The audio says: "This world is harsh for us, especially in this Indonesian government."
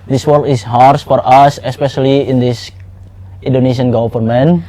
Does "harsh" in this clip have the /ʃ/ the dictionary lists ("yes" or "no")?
no